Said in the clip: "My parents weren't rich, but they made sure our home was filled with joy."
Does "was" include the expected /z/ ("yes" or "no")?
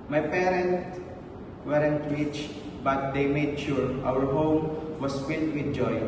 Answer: no